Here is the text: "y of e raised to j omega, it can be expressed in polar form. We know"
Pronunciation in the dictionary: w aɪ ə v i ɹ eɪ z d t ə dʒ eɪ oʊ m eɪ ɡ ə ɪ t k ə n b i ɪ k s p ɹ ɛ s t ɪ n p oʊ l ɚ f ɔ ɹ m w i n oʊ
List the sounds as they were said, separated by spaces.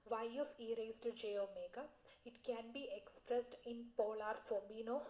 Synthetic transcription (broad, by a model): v aɪ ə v i ɹ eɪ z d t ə dʒ eɪ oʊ m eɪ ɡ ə ɪ t k ə n b i ɪ k s p ɹ ɛ s t ɪ n p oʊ l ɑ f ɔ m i n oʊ